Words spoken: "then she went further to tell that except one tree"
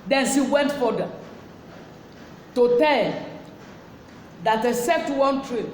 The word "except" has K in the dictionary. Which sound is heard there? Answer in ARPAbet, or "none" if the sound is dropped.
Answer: none